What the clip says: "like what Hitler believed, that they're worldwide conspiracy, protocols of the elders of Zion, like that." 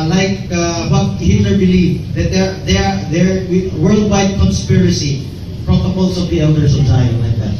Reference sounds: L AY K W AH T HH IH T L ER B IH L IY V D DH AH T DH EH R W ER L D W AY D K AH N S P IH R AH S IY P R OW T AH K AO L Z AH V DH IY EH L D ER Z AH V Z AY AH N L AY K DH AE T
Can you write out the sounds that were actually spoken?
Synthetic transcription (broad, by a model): L AY K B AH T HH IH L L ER B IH L IY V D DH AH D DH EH R W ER L D W AY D K AH N S P IH R AH S IY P R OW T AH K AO L S AH V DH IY EH L D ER S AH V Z AY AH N L AY K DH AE T